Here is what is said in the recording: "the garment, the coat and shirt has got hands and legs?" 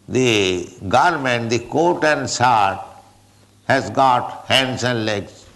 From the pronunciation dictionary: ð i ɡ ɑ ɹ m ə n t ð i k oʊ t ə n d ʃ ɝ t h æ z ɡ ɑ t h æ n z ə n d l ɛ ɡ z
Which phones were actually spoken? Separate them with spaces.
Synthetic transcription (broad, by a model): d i ɡ ɑ ɹ m ə n t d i k oʊ t ə n d s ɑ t h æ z ɡ ɑ t h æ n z ə n d l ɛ ɡ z